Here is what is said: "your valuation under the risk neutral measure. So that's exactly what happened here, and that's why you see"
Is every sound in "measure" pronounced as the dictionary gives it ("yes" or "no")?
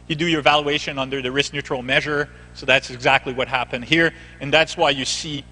yes